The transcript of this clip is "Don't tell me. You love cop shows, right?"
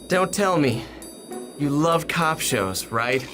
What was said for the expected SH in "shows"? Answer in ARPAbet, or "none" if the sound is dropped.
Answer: SH